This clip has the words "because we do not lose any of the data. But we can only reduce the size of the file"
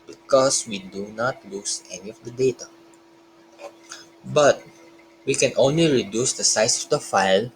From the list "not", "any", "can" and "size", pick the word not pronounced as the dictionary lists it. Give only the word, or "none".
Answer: size